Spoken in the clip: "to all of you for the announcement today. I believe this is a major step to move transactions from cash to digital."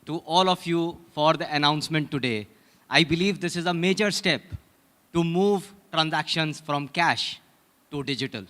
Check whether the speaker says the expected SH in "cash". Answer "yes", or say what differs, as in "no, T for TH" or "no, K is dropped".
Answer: yes